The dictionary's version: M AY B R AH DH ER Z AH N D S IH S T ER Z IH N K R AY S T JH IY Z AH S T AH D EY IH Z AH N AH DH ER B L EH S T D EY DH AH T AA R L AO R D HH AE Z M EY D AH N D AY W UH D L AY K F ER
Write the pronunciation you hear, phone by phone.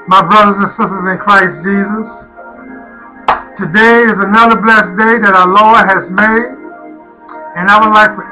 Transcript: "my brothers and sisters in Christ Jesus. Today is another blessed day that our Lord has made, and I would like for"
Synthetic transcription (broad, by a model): M AY B R AH DH ER Z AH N S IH S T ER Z IH N K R AY S JH IY Z AH S T AH D EY IH Z AH N AH DH ER B L EH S D EY DH AH T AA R L AO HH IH Z M EY D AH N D AY W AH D L AY K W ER